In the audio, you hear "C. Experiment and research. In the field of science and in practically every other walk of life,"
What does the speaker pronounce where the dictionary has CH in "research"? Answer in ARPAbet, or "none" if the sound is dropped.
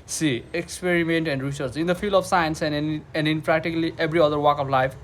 S